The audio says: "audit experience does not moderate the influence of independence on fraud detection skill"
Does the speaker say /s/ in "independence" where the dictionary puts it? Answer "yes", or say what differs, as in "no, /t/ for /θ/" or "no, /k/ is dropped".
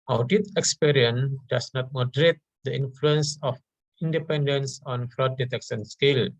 yes